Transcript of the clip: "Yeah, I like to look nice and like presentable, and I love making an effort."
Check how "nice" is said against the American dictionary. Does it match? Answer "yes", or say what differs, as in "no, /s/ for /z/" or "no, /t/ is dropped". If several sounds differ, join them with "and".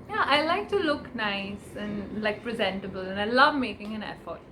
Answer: yes